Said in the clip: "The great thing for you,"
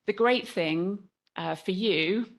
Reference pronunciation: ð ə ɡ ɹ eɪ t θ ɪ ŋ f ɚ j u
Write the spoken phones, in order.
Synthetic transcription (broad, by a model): ð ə ɡ ɹ eɪ t θ ɪ ŋ f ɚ j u